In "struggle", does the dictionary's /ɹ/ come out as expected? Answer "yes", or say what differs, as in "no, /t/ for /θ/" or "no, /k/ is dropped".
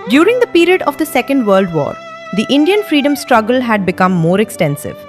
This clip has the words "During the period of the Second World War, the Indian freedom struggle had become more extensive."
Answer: yes